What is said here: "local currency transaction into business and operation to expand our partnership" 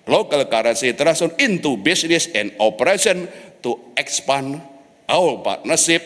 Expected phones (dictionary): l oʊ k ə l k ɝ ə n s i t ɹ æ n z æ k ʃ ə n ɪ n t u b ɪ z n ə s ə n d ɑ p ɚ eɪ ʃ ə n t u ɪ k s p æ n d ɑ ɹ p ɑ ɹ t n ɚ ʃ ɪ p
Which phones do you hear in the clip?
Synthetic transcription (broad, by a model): l oʊ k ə l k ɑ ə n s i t ɹ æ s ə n ɪ n t u b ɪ s n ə s ə n d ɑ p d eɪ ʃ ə n t u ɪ k s p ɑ n ɑ w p ɑ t n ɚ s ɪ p